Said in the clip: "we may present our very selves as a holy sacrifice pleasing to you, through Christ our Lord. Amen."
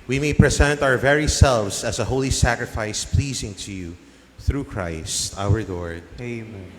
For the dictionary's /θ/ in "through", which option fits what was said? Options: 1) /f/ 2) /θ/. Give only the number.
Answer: 2